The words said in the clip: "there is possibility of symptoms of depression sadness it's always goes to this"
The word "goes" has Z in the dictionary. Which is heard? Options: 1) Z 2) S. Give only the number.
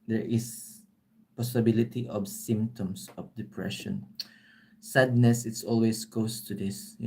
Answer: 2